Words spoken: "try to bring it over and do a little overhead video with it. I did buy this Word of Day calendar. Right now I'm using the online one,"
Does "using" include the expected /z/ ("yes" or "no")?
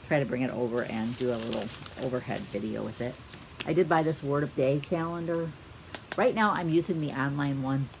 yes